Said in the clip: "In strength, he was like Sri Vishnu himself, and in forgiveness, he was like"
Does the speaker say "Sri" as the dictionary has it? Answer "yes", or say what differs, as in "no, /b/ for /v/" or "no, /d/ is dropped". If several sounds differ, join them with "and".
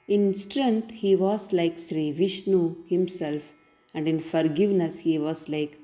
yes